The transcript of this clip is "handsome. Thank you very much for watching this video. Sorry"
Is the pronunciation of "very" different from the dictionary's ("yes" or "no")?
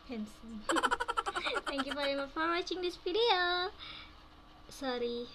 yes